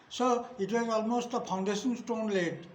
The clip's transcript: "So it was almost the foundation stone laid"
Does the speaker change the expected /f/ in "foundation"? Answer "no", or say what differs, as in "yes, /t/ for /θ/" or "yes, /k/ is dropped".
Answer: yes, /p/ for /f/